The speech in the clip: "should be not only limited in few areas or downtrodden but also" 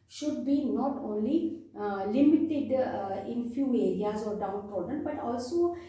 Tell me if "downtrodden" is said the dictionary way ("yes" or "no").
no